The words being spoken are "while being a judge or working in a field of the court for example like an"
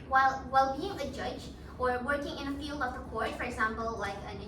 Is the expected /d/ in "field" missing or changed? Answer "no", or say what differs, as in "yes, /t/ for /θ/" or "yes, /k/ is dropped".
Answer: no